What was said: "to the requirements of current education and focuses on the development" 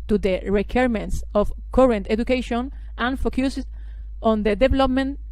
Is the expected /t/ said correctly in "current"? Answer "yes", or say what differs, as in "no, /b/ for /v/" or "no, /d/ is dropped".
yes